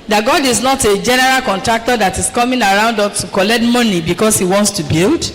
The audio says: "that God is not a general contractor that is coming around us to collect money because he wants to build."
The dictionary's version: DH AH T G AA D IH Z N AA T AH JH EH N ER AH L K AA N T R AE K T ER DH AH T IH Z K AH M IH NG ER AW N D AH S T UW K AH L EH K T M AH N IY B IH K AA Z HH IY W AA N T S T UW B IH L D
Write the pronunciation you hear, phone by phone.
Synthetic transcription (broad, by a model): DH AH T G AA D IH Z N AA T AH JH EH N ER AH L K AA N T R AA K T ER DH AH T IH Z K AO M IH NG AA AW N D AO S T UW K AH L EH K T M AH N IY B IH K AA S HH IY W AA N T S T UW B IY L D